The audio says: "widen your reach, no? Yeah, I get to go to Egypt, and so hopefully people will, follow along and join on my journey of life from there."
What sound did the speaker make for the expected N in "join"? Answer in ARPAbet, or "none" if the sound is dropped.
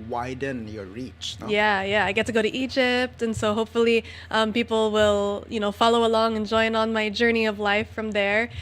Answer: N